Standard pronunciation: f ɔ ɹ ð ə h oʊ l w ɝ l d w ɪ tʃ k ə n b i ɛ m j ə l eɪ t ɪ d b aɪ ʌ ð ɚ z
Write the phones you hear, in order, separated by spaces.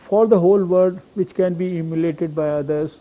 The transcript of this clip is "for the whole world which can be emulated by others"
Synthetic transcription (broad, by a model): f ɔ ɹ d ə h oʊ l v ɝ d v ɪ tʃ k ə n b i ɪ m j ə l eɪ t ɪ d b aɪ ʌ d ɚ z